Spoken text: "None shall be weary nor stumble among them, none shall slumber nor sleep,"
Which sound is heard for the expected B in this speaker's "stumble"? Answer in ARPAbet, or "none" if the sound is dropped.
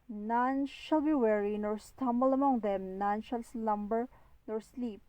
B